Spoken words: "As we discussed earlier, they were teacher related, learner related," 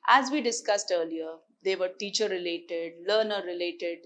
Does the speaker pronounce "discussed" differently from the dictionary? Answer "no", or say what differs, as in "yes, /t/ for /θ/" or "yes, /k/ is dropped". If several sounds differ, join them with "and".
no